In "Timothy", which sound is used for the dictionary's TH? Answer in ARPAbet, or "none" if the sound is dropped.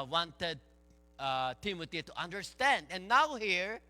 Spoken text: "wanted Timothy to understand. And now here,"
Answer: T